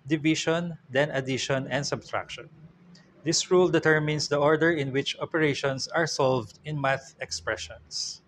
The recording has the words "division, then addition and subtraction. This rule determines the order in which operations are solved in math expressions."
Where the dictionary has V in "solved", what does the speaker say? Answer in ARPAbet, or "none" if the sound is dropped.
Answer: V